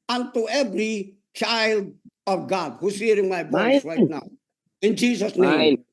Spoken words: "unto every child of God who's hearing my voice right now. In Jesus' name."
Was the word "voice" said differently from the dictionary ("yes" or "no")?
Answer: yes